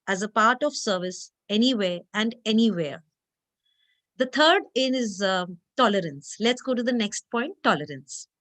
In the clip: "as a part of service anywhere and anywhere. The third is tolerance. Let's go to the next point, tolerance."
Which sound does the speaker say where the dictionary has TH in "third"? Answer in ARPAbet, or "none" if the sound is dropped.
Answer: T